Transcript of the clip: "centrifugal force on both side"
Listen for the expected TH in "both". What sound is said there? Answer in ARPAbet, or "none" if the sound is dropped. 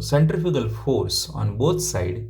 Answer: T